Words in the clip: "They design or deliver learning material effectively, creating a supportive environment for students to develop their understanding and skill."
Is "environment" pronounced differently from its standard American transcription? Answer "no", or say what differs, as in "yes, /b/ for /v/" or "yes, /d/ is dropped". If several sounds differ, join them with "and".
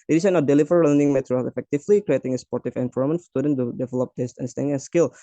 yes, /f/ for /v/